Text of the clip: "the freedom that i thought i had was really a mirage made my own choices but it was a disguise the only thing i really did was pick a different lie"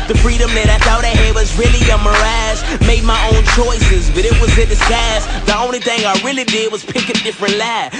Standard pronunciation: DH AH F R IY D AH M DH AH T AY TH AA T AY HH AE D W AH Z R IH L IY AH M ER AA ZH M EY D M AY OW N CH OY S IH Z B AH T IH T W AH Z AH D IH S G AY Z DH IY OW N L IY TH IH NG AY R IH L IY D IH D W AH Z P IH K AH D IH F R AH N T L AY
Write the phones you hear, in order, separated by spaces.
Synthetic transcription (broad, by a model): DH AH F R IY D AH M DH AH T AY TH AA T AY HH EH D W AH Z R IH L IY AH M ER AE Z M EY D M AY OW N CH OY S IH Z B AH T IH T W AH Z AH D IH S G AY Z DH IY OW N L IY TH IH NG AY R IH L IY D IH D W AH Z P IH K AH D IH F R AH N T L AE